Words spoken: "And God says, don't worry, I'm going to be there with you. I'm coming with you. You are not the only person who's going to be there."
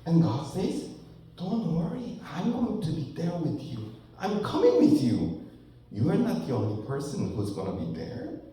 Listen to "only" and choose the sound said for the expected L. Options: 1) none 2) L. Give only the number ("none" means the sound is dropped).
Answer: 2